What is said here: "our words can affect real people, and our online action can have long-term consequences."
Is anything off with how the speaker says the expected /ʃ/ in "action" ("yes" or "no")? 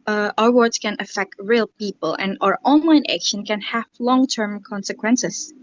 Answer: no